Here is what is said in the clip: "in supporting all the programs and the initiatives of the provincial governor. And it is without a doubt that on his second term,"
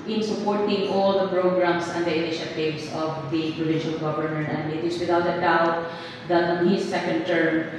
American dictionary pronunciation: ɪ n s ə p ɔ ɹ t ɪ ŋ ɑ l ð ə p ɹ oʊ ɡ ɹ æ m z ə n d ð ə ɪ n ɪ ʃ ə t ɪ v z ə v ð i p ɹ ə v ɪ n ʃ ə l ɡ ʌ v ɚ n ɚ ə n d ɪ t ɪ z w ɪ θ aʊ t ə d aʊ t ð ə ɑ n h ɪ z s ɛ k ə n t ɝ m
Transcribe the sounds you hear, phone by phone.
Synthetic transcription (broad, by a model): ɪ n s ə p ɔ ɹ t ɪ ŋ ɑ l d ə p ɹ oʊ ɡ ɹ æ m s ə n d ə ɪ n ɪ ʃ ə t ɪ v s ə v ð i p ɹ ə v ɪ n ʃ ə l ɡ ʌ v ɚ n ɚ ə n d ɪ t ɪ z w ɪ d aʊ t ə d aʊ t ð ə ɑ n h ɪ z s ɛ k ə n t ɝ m